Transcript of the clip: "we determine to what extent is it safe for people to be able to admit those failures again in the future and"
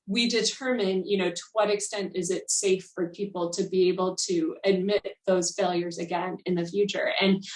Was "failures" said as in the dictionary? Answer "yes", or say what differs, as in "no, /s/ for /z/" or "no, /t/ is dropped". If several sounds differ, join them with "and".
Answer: yes